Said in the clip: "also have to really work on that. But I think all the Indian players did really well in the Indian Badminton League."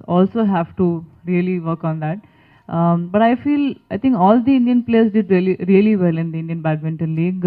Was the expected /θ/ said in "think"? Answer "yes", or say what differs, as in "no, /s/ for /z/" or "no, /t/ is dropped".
no, /f/ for /θ/